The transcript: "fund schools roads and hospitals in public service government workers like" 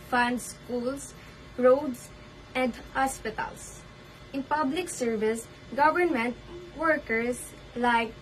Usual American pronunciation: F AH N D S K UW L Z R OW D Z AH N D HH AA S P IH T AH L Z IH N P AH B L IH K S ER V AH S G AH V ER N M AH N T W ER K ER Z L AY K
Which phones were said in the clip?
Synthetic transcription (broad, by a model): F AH N D S K UW L S R OW D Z AH N D HH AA S P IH T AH L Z IH N P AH B L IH K S ER V AH S G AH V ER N M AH N T W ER K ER S L AY K